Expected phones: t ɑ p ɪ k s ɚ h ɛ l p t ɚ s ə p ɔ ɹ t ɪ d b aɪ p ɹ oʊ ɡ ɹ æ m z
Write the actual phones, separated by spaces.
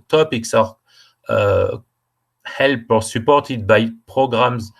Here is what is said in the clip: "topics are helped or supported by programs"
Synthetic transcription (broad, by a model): t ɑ p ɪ k s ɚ h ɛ l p ɚ s ə p ɔ ɹ t ɪ d b aɪ p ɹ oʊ ɡ ɹ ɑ m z